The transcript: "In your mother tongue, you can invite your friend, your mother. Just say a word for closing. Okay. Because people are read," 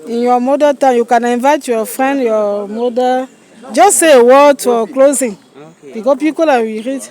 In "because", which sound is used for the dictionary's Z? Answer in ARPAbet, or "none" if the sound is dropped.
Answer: none